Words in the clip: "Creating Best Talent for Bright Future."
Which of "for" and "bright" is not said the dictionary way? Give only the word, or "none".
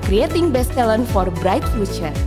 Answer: none